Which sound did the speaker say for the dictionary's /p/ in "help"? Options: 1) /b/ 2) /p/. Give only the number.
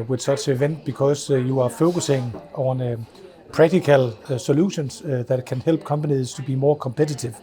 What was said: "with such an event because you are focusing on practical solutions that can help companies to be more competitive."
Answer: 1